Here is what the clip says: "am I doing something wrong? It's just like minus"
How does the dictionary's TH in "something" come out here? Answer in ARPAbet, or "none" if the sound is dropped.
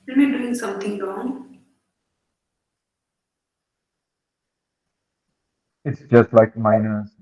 T